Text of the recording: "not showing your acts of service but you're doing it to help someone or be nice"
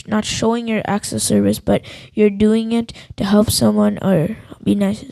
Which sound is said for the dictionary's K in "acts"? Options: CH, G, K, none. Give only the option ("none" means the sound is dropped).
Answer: K